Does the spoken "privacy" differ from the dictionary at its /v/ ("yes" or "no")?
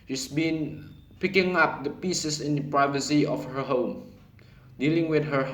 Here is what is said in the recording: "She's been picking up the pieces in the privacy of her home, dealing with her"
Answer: no